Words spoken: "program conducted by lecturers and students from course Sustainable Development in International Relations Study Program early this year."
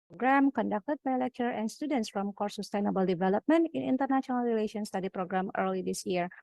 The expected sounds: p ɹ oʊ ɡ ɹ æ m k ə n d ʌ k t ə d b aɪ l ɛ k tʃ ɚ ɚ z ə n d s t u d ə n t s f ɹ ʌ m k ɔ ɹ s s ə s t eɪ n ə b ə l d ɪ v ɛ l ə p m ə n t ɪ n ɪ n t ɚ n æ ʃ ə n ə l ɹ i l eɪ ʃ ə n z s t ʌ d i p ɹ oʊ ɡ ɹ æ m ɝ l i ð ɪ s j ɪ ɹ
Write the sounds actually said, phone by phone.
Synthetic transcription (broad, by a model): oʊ ɡ ɹ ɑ m k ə n d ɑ k t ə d b aɪ l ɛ k tʃ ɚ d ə n s t u d ə n t s f ɹ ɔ m k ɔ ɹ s s ə s t eɪ n ə b ə l d ɪ v ɛ l ə p m ə n t ɪ n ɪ n t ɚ n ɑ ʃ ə n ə l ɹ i l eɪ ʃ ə n s t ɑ d i p ɹ oʊ ɡ ɹ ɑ m ɝ l i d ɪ s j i ɹ